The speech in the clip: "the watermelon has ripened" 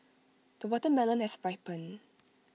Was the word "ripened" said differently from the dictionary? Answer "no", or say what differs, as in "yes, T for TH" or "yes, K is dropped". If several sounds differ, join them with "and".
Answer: yes, D is dropped